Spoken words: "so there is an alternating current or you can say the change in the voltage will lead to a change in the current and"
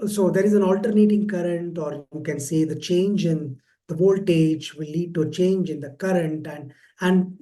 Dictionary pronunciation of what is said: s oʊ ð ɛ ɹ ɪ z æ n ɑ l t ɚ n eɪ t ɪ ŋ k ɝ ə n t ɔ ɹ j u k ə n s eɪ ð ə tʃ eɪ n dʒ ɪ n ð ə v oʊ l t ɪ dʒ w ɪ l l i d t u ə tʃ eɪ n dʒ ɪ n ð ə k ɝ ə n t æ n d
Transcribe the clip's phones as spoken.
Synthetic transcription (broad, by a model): s oʊ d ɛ ɹ ɪ z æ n ɑ l t ɚ n eɪ t ɪ ŋ k ɝ ə n t ɔ ɹ j u k ə n s eɪ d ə tʃ eɪ n dʒ ɪ n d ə v oʊ l t ɪ dʒ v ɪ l l i d t u ə tʃ eɪ n dʒ ɪ n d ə k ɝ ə n t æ n d